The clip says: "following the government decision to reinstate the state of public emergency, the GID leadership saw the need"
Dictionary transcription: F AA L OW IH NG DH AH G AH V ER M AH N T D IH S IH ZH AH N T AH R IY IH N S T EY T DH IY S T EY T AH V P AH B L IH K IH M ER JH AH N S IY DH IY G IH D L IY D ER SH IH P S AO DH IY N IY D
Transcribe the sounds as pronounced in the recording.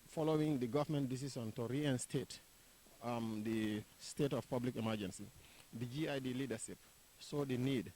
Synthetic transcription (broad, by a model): F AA L OW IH NG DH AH G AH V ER M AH N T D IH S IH S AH N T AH R IY IH N S T EY T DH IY S T EY T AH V P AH B L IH K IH M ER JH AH N S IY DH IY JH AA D L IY D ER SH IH P S AO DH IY N IY D